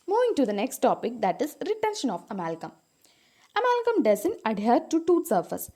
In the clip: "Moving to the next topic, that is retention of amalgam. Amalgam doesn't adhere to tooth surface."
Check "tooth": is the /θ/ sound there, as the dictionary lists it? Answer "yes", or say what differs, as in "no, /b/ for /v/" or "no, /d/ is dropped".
no, /t/ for /θ/